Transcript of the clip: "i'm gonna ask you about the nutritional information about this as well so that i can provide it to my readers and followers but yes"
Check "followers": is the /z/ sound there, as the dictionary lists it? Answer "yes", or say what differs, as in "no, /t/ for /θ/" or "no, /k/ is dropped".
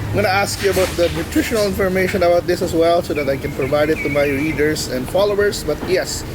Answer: no, /s/ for /z/